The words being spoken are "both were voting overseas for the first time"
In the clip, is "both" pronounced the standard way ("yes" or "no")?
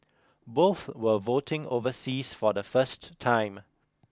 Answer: yes